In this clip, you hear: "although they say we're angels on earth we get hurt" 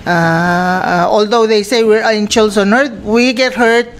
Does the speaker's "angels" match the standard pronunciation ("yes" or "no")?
no